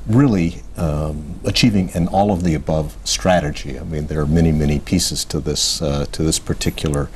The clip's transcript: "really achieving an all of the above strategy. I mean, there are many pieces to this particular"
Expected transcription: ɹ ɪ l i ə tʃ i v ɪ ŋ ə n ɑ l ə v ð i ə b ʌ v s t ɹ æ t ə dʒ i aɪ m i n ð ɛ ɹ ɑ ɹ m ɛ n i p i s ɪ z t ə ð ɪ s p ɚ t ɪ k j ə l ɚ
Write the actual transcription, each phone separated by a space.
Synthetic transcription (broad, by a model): ɹ ɪ l i ə tʃ i v ɪ ŋ ə n ɑ l ə v ð i ə b ʌ v s t ɹ æ t ə dʒ i aɪ m i n ð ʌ ɹ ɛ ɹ m ɛ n i p i s ɪ z t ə ð ɪ s p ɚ t ɪ k j l ɚ